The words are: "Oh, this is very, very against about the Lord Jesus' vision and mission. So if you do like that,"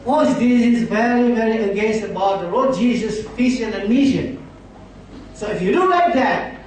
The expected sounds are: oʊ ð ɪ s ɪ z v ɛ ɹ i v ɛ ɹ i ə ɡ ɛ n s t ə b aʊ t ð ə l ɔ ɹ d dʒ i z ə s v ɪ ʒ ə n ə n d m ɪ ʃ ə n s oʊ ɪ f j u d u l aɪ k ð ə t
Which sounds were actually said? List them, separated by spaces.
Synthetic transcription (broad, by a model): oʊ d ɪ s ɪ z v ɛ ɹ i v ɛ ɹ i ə ɡ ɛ n s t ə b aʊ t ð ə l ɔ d dʒ i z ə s f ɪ s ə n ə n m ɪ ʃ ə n s oʊ ɪ f j u d u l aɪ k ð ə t